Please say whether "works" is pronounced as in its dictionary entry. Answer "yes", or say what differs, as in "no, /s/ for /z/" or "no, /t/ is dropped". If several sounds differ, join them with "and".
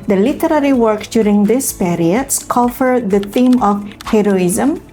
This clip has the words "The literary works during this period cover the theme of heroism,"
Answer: no, /s/ is dropped